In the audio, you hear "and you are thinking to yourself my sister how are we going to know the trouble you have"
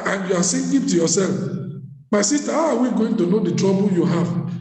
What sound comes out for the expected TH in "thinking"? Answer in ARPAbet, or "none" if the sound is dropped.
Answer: S